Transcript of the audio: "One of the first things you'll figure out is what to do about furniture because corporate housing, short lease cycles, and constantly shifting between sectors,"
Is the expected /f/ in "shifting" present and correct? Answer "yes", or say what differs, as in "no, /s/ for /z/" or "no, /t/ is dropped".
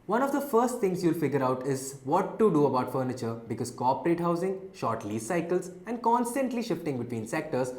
yes